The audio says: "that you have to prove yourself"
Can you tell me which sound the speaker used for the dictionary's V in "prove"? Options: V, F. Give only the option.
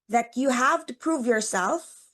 V